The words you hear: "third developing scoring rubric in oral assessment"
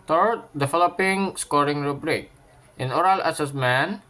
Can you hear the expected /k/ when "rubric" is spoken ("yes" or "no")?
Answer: yes